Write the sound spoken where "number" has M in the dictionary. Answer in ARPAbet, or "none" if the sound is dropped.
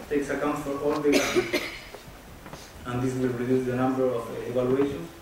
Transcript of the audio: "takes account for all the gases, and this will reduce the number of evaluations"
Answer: M